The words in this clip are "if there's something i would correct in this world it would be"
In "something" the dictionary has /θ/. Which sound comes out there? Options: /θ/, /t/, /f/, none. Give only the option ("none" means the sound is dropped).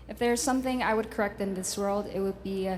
/θ/